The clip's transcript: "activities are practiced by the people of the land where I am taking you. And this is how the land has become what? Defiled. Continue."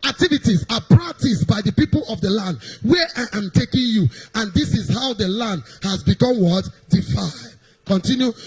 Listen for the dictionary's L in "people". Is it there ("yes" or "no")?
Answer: yes